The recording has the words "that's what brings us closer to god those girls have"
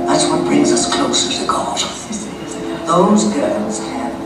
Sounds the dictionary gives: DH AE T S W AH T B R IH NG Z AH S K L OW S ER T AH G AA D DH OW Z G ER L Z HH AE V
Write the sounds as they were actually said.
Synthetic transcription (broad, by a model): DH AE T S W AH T B R IH NG Z AH S K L OW S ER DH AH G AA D DH OW Z G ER L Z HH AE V